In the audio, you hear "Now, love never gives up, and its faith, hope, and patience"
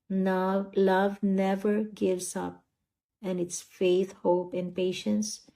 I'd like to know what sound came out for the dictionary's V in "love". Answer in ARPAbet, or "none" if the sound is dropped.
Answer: V